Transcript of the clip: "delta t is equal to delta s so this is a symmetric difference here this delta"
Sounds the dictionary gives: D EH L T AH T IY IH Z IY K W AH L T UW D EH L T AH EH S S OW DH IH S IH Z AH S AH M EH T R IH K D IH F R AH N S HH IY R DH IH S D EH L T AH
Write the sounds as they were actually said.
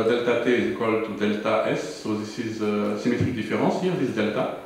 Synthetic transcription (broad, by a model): D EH L T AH T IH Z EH K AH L T UW D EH L T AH EH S S OW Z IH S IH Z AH S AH M EH T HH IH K D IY F R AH S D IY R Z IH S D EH L T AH